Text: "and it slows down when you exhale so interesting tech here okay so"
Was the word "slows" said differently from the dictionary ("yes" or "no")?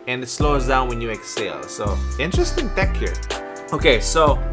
no